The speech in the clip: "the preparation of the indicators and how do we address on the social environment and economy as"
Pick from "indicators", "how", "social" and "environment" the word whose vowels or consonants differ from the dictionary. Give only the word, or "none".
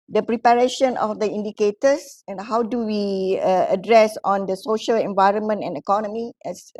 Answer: indicators